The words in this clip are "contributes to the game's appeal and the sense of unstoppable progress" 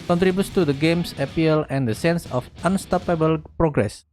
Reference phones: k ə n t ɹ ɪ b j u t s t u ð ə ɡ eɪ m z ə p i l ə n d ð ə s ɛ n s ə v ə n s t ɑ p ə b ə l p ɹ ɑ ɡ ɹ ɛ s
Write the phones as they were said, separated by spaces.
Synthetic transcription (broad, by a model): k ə n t ɹ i b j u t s t u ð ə ɡ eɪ m s ə p i l ə n d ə s ɛ n s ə f ə n s t ɑ p ə b ə l p ɹ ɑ ɡ ɹ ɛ s